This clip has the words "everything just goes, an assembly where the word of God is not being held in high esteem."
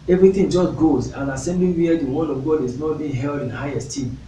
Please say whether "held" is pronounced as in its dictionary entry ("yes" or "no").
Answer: yes